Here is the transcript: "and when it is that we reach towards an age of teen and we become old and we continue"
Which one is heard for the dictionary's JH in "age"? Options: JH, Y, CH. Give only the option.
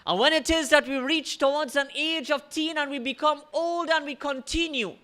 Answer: JH